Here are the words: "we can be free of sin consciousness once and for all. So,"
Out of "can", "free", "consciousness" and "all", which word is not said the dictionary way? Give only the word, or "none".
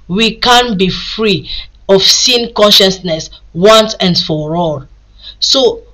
none